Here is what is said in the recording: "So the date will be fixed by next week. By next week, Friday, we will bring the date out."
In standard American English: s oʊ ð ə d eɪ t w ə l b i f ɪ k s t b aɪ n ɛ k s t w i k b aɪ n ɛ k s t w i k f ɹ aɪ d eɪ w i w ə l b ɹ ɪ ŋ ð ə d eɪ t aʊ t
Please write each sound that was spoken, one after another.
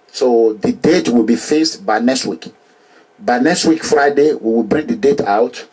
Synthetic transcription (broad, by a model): s oʊ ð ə d eɪ t w ə l b i f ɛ s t b aɪ n ɛ k s t w i k b aɪ n ɛ k s t w i k f ɹ aɪ d eɪ w i w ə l b ɹ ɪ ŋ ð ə d eɪ t aʊ t